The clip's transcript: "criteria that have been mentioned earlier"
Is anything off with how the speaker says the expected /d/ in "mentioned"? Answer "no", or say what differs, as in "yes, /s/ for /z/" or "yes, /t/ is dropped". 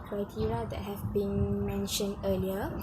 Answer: no